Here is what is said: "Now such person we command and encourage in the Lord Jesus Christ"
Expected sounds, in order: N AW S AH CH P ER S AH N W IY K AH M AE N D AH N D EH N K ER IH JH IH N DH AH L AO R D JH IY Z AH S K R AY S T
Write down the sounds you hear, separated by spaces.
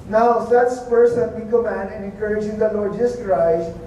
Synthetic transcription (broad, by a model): N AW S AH S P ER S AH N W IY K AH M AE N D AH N EH N K ER IH JH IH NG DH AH L AO R D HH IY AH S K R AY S